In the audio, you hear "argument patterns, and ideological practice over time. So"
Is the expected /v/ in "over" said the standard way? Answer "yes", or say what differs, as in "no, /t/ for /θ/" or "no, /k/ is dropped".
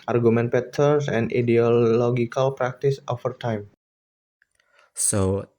no, /f/ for /v/